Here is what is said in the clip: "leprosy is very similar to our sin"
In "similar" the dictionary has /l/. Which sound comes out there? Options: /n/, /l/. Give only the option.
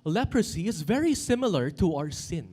/l/